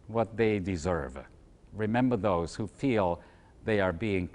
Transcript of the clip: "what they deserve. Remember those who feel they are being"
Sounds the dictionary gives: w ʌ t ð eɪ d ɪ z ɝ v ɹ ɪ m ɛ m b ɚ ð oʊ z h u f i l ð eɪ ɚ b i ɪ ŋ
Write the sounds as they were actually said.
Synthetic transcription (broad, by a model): w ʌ t ð eɪ d ɪ z ɝ v ɹ ɪ m ɛ m b ɚ ð oʊ z h u f i l ð eɪ ɚ b i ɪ ŋ